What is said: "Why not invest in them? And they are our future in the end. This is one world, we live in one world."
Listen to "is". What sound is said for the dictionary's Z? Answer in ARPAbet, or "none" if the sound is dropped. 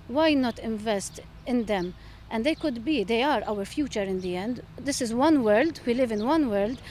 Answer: Z